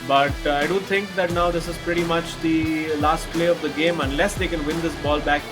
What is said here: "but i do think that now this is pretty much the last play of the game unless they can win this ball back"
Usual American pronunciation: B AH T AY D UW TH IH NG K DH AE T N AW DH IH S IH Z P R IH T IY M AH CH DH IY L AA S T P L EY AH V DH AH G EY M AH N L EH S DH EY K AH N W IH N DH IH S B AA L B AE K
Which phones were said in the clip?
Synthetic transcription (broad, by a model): B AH T AY D UW T IH NG K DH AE T N AW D IH S IH Z P R IH T IY M AH CH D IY L AA S T P L EY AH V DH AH G EY M AH N L EH S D EY K AH N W IH N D IH S B AA L B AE K